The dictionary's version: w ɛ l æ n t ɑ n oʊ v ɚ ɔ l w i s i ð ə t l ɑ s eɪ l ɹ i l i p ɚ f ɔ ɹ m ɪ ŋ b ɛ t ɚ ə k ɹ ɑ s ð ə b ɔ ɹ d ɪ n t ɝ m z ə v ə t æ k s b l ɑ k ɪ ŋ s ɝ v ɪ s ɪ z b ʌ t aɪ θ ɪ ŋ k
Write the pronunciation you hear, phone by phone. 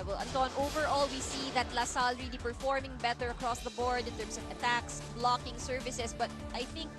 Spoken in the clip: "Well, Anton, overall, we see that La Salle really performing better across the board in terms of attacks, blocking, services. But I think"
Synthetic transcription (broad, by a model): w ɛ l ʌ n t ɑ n oʊ v ɚ ɔ l w i s i ð ə t l ɑ s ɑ l ɹ i l i p ɚ f ɔ ɹ m ɪ ŋ b ɛ t ɚ ə k ɹ ɑ s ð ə b ɔ ɹ d ɪ n t ɝ m s ə v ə t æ k s b l ɑ k ɪ ŋ s ɝ v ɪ s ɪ s b ʌ t aɪ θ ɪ ŋ k